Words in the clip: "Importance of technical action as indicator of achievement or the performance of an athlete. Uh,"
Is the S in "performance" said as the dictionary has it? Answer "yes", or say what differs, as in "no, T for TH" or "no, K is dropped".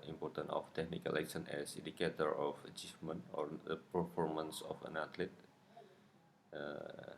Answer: yes